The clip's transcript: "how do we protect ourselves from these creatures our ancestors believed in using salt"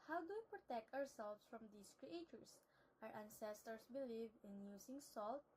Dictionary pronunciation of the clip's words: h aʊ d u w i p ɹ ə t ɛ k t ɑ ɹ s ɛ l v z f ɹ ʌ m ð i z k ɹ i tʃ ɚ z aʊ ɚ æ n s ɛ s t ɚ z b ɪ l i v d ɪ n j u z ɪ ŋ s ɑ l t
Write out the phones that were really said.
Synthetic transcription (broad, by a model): h aʊ d u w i p ɹ ə t ɛ k t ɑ ɹ s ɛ l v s f ɹ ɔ m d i s k ɹ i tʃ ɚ s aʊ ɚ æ n s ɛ s t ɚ s b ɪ l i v ɪ n j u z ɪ ŋ s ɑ l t